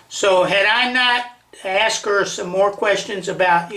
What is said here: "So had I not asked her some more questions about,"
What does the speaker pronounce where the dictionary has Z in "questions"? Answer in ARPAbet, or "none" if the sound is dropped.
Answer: Z